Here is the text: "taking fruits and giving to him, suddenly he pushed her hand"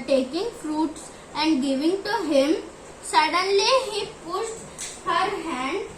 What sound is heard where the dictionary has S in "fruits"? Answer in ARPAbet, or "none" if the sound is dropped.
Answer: S